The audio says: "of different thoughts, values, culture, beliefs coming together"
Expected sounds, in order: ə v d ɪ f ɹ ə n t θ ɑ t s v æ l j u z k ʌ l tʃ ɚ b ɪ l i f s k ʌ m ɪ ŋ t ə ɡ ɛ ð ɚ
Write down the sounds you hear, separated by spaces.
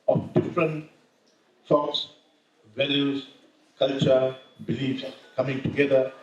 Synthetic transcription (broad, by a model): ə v d ɪ f ɹ ə n t s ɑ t s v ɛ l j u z k ʌ l tʃ ɚ b ɪ l i f s k ʌ m ɪ ŋ t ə ɡ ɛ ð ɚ